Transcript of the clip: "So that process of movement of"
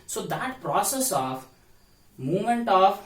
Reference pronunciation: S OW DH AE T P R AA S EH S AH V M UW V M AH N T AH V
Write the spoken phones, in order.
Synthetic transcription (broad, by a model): S OW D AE T P R AA S EH S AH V M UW M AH N T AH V